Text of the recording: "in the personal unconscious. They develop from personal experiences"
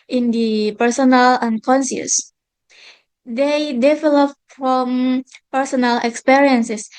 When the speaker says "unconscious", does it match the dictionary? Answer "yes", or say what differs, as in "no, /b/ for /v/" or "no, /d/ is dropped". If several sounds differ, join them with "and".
no, /s/ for /ʃ/